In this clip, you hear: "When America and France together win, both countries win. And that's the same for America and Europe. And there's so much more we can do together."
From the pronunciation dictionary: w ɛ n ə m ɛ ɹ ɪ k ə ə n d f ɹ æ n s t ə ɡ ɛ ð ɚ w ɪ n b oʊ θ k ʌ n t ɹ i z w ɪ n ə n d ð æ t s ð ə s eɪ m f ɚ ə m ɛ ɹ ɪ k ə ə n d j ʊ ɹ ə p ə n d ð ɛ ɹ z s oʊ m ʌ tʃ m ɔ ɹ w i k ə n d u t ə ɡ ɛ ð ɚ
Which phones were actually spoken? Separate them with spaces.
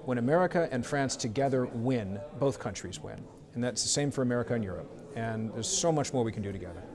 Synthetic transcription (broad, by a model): w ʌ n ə m ɛ ɹ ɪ k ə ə n f ɹ æ n s t ə ɡ ɛ ð ɚ w ɪ n b oʊ θ k ʌ n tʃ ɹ i z w ɪ n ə n ð æ t s ð ə s eɪ m f ɚ ə m ɛ ɹ ɪ k ə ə n j ʊ ɹ ə p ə n ð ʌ ɹ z s oʊ m ʌ tʃ m ɔ ɹ w i k n d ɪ t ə ɡ ɛ ð ɚ